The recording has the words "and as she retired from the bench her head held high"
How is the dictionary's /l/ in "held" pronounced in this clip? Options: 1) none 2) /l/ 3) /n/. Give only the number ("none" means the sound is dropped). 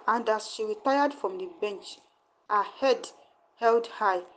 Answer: 2